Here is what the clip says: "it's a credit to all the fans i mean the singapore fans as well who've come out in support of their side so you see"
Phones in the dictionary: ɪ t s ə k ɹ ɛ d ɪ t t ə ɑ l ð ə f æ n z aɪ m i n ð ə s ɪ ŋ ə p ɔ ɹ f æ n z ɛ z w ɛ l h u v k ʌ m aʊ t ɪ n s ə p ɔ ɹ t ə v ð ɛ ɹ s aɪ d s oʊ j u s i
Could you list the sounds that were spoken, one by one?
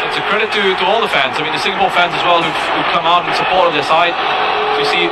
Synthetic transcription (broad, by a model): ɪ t s ə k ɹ ɛ d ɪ t t ə ɑ l ð ə f æ n z aɪ m i n ð ə s ɪ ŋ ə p ɔ l f æ n z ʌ z w ɛ l h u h k ʌ m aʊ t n s ə p ɔ ɹ t ə v ð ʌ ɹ s aɪ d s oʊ s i